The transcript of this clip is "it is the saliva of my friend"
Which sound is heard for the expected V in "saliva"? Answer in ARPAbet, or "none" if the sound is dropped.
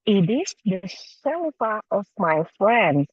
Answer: F